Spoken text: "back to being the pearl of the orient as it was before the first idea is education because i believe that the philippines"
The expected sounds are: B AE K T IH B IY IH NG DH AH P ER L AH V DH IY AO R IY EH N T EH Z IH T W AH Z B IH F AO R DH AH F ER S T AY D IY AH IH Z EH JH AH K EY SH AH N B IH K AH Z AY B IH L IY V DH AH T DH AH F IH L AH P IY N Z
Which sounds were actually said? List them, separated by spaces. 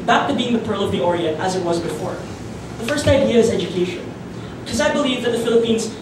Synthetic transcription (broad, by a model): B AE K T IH B IY IH NG DH AH P ER L AH V DH IY AO R IY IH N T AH Z IH T W AH Z B IH F AO R DH AH F ER S T AY D IY AH IH Z EH JH AH K EY SH AH N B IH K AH Z AY B IH L IY V DH AH T DH AH F IH L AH P IY N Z